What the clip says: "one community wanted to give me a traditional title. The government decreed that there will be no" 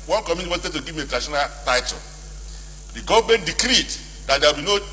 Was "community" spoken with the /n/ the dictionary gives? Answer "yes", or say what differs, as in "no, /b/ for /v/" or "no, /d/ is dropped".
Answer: no, /n/ is dropped